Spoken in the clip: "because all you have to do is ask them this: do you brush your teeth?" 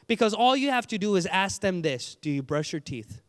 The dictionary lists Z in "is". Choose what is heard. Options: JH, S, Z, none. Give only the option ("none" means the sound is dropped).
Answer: Z